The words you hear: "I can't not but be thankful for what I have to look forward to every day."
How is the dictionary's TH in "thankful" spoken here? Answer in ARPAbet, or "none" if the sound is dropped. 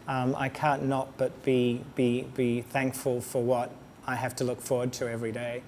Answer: TH